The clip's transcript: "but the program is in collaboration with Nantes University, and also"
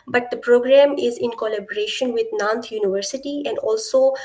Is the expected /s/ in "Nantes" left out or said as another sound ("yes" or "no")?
yes